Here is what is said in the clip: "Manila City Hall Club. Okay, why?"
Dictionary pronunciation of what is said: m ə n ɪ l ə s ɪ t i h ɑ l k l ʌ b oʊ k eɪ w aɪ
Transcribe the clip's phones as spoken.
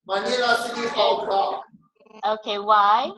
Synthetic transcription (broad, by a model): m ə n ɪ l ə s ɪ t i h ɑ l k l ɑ oʊ k eɪ w aɪ